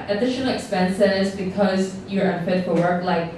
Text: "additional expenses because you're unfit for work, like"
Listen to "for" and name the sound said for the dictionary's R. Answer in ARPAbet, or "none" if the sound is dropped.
L